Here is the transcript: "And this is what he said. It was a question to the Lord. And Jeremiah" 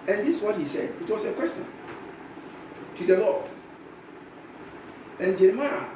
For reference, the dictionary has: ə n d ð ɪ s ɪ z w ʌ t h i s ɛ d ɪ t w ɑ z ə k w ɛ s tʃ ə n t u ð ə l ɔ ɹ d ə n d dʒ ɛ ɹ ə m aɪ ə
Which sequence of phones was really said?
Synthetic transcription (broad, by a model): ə n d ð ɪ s w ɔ t h i s ɛ d ɪ t w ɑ s ə k w ɛ s tʃ ə n t u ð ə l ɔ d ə n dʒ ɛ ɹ m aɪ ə